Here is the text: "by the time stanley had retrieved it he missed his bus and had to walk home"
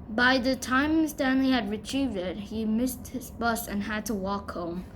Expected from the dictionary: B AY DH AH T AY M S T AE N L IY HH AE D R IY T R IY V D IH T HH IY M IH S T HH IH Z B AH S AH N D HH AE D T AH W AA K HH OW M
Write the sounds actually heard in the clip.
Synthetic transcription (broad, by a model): B AY DH AH T AY M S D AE N L IY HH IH D R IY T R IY V D IH T HH IY M IH S T HH IH Z B AH S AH N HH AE D T AH W AA K HH OW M